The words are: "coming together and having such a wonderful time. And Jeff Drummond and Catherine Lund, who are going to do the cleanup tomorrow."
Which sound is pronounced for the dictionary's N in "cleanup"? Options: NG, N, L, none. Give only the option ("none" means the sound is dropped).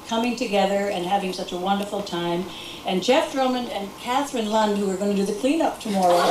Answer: N